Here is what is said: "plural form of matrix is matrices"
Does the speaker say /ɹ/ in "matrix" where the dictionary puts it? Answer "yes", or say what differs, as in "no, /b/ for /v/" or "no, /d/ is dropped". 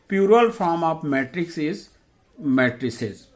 yes